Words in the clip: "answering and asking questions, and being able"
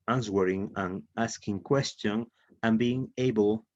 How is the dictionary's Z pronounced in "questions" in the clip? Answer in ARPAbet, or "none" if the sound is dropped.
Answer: none